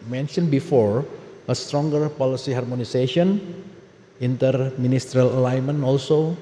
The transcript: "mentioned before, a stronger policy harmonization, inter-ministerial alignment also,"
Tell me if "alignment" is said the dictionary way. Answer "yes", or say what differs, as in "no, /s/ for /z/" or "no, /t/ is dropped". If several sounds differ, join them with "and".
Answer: no, /t/ is dropped